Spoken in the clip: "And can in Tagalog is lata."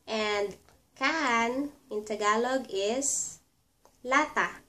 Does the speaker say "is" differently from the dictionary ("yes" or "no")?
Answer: yes